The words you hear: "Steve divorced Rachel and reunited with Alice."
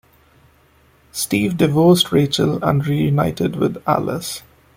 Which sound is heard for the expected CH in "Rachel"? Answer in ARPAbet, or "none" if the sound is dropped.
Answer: CH